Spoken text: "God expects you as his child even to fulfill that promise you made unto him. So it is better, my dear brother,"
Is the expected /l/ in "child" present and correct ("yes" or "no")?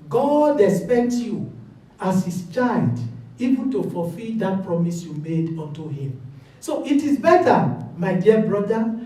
no